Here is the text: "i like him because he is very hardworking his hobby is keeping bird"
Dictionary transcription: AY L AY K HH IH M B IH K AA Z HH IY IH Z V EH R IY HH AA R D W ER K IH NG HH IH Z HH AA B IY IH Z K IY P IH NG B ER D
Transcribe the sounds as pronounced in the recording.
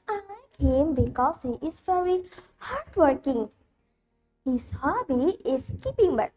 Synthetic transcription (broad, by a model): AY N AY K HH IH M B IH K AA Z HH IY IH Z V EH R IY HH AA R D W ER K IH NG HH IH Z HH AA B IY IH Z K IY P IH NG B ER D